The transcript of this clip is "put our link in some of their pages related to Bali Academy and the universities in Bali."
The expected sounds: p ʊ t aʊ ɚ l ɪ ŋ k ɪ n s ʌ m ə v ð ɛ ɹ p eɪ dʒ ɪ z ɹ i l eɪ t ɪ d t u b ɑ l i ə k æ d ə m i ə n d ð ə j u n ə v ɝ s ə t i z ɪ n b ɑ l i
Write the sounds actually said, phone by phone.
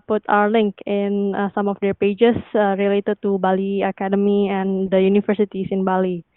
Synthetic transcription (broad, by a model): p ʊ t aʊ ɚ l ɪ ŋ k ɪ n s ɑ m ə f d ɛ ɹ p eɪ dʒ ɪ s ɹ i l eɪ t ɪ d t u b ɑ l i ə k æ d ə m i ə n d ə j u n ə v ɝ s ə t i s ɪ n b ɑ l i